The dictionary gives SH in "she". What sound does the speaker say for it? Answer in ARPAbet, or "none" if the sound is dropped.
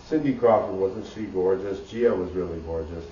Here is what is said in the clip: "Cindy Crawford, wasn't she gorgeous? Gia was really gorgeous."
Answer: S